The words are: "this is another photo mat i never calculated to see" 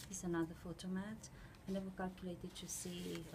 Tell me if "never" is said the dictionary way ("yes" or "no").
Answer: no